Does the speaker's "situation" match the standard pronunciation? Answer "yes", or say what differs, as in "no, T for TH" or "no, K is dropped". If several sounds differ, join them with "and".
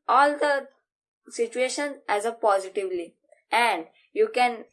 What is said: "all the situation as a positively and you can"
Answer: yes